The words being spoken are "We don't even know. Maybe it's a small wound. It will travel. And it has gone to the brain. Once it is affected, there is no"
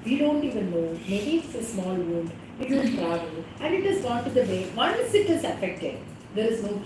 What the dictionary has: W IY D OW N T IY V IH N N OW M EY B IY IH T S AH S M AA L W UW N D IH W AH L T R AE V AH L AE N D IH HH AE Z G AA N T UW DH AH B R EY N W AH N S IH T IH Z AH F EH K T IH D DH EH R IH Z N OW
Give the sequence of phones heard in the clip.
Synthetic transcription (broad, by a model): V IY D OW N T IY V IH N N OW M EY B IY IH T S AH S M AA L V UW N D IH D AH N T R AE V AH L AE N D IH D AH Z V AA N T UW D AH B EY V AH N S IH T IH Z AH F EH K T IH D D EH R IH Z N OW